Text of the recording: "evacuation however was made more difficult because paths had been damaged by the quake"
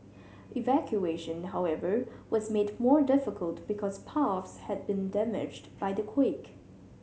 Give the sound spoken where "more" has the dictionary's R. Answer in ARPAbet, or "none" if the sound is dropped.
R